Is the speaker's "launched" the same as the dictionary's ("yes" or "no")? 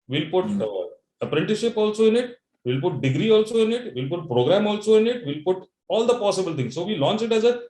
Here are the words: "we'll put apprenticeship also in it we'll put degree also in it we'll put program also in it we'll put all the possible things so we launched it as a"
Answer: no